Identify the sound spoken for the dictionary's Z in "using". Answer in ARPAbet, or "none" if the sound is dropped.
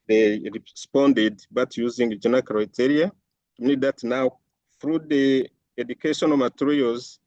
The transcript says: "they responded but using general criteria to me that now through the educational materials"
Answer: Z